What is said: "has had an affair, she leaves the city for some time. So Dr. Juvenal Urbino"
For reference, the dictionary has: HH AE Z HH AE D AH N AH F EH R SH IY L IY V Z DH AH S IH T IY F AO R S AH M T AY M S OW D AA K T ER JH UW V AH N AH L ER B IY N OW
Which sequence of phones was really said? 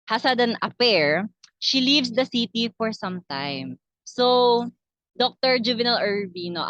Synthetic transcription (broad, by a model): HH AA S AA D AH N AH P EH R SH IY L IY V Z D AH S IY T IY F AO R S AH M T AY M S OW D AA K T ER JH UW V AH N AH L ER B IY N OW